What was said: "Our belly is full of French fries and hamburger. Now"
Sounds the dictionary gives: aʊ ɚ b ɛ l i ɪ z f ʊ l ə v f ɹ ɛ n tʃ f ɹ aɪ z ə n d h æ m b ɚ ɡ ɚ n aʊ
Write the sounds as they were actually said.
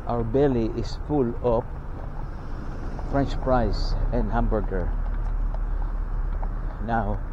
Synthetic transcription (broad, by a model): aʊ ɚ b ɛ l i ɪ s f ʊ l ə p f ɹ ɛ n tʃ p ɹ aɪ s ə n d h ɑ m b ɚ ɡ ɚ n aʊ